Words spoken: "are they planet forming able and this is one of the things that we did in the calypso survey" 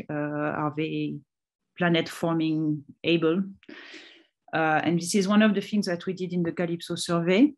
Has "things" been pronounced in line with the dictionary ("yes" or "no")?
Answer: yes